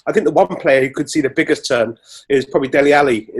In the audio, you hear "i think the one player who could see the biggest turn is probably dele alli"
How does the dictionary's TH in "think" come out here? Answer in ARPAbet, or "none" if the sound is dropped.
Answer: TH